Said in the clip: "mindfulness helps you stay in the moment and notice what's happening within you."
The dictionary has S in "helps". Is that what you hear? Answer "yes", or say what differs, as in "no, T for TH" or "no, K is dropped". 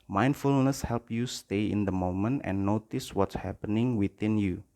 no, S is dropped